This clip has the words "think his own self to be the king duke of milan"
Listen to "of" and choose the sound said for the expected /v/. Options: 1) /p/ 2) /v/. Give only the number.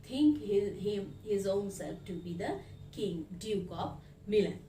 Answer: 1